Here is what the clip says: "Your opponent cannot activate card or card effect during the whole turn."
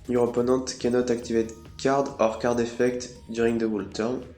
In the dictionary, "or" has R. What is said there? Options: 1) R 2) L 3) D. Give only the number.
1